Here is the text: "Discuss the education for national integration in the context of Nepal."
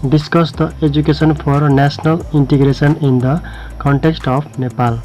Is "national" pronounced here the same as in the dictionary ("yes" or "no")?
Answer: no